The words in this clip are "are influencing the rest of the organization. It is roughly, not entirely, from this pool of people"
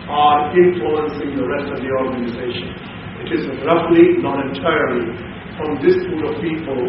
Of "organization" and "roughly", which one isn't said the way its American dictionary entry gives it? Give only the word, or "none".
none